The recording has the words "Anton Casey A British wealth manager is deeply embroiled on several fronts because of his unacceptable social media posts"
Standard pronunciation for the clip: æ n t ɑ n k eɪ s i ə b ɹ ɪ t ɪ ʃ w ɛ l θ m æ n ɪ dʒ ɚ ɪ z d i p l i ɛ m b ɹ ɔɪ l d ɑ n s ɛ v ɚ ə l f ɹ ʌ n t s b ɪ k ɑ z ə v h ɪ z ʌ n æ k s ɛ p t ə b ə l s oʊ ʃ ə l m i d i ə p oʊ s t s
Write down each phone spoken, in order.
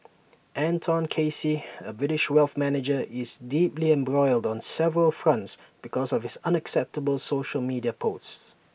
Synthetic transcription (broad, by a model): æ n t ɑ n k eɪ s i ə b ɹ ɪ t ɪ ʃ w ɛ l θ m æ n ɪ dʒ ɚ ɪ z d i p l i ɛ m b ɹ ɔɪ l d ɑ n s ɛ v ɚ ə l f ɹ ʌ n t s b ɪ k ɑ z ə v h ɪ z ʌ n æ k s ɛ p t ə b ə l s oʊ ʃ ə l m i d i ə p oʊ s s